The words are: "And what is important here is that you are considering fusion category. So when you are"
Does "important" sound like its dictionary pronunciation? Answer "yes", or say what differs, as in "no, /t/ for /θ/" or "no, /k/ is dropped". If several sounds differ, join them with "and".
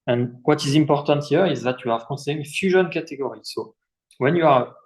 yes